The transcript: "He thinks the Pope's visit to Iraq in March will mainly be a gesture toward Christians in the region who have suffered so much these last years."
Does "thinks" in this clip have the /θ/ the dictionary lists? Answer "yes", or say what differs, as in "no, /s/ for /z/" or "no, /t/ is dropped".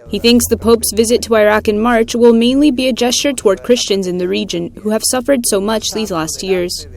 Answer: yes